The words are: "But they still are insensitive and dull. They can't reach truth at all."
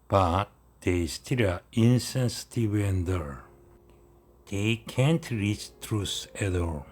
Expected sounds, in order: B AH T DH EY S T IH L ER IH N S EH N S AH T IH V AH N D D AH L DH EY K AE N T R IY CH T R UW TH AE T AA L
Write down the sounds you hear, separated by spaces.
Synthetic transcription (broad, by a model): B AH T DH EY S T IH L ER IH N S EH N S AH T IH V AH N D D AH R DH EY K AE N T R IY CH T R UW S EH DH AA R